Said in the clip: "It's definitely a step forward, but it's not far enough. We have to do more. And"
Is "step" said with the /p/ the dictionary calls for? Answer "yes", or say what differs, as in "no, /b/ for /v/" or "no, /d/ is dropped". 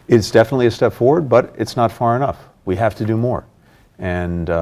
yes